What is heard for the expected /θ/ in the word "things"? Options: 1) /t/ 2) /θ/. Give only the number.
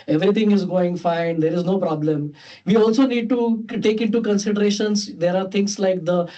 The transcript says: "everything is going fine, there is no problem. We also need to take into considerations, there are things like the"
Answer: 1